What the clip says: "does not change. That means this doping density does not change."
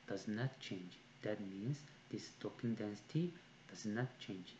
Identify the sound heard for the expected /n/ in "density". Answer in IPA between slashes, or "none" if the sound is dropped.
/n/